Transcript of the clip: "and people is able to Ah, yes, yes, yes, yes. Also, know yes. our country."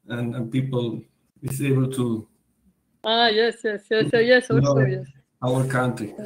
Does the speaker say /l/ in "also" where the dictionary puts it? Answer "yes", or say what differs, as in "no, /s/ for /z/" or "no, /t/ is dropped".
no, /l/ is dropped